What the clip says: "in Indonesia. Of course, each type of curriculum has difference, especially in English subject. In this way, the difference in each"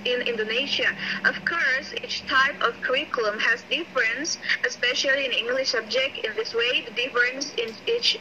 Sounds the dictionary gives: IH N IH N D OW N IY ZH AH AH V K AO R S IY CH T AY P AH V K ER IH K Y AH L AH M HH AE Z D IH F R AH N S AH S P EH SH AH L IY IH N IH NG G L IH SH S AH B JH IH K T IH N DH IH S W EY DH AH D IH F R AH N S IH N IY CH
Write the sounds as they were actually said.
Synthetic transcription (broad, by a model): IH N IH N D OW N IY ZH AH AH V K AO R S IY CH T AY P AH V K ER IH K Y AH L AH M HH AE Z D IH F R AH N S AH S P EH SH AH L IY IH N IH NG G L IH SH S AH B JH IH K T IH N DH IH S W EY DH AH D IH F R AH N S IH N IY CH